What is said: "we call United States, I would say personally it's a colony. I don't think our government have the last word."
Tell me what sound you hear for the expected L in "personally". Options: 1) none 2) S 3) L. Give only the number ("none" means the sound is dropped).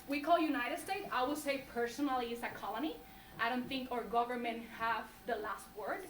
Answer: 3